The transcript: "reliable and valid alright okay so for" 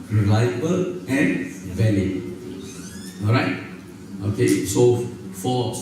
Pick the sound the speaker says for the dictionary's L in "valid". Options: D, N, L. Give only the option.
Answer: N